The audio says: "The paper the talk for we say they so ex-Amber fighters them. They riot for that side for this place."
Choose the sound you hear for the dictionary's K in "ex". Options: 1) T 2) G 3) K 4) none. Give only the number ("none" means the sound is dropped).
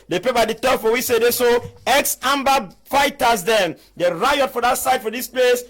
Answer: 3